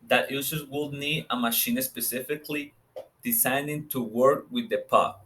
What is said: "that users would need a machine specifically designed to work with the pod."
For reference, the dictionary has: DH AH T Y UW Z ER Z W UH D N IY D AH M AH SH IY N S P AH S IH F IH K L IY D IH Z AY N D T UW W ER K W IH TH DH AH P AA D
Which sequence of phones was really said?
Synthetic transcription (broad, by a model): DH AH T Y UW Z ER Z W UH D N IY D AH M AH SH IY N S P AH S IH F IH K L IY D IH S AY N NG T UW W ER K W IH DH AH P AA